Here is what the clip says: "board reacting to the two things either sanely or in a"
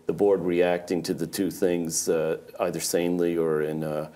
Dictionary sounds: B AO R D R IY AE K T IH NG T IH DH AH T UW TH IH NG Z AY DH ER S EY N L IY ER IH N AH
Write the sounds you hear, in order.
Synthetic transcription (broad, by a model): B AO R D R IY AE K T IH NG T IH DH AH T UW TH IH NG Z AY DH ER S EY N L IY ER IH N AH